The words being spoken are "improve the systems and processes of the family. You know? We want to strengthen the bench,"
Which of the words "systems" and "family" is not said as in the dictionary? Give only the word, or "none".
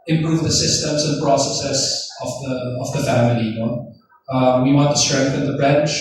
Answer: none